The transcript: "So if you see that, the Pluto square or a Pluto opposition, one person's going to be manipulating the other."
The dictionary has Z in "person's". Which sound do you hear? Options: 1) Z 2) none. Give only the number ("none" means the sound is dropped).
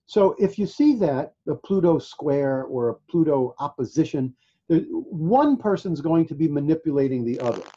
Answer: 1